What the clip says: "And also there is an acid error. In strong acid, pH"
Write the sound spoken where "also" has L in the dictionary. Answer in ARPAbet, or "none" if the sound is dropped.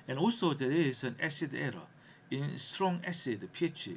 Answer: none